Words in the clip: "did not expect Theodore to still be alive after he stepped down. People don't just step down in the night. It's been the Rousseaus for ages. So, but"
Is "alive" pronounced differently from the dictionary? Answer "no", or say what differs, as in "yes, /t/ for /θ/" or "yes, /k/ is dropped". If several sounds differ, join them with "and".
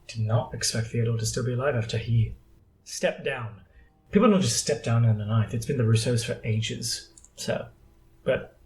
no